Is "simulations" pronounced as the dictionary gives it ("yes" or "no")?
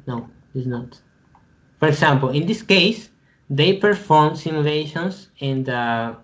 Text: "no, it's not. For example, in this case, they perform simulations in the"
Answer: no